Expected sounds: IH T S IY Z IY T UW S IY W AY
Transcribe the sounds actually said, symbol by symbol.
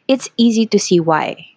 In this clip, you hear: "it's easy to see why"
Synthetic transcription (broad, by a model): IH T S IY Z IY T UW S IY W AY